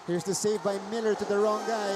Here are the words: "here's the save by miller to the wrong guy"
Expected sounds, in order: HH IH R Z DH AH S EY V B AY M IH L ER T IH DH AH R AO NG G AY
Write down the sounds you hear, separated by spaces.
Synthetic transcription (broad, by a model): HH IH R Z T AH S EY V B AY M IH L ER T IH DH AH R AO NG G AY